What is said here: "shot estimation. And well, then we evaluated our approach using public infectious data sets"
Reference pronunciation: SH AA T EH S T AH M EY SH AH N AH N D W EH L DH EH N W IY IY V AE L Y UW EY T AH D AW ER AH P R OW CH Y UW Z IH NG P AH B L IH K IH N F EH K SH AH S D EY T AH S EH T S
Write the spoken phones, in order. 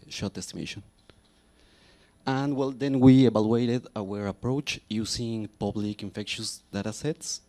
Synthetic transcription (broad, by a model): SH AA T EH S T AH M EY SH AH N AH N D W EH L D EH N W IY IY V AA L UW EY T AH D AW ER AH P R OW CH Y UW S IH NG P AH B L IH K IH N F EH K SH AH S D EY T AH S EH T S